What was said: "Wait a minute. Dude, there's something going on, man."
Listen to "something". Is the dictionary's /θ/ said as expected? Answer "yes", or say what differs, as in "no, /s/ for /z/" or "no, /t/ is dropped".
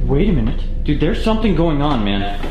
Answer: yes